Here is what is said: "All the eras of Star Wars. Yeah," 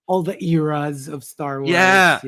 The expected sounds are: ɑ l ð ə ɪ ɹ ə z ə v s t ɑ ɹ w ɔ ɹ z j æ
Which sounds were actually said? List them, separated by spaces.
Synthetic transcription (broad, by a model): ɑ l ð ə ɪ ɹ ə z ə v s t ɑ ɹ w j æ